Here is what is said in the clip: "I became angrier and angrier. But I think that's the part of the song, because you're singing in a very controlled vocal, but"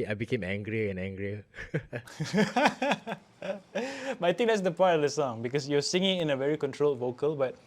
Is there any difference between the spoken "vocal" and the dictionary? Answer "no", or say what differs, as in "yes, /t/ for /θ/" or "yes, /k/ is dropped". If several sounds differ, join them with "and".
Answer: no